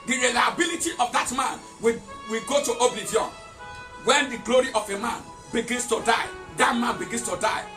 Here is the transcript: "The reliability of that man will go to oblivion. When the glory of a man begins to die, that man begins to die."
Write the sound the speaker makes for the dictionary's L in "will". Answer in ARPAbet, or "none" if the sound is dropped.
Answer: W